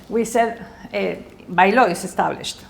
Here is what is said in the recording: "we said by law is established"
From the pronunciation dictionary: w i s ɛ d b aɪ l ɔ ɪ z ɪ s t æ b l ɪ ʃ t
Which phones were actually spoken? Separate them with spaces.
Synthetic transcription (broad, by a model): w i s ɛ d b aɪ l ɔ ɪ s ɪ s t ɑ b l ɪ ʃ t